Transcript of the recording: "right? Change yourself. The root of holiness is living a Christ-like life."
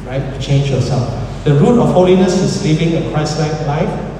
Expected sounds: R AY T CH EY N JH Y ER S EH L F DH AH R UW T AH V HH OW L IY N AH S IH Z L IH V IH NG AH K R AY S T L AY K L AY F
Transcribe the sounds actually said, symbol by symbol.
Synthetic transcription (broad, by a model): R AY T CH EY N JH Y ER S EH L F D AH R UW T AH F HH OW L IY N AH S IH S L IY V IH NG AH K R AY S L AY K L AY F